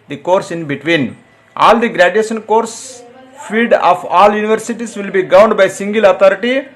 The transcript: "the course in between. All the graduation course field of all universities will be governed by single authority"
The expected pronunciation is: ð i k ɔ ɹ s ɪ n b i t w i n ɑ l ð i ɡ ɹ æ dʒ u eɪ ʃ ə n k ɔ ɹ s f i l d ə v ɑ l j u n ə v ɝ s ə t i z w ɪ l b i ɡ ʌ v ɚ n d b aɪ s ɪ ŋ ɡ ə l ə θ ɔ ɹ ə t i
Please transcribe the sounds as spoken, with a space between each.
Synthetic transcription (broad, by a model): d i k ɔ ɹ s ɪ n b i t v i n ɑ l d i ɡ ɹ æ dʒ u eɪ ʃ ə n k ɔ ɹ s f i d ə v ɑ l j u n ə v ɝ s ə t i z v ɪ l b i ɡ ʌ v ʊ n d b aɪ s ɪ ŋ ɡ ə l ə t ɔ ɹ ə t i